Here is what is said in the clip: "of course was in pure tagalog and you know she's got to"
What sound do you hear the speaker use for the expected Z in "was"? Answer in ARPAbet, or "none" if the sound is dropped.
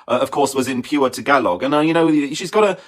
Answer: Z